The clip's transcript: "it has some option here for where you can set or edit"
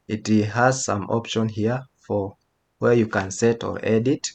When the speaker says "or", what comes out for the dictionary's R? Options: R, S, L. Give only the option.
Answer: R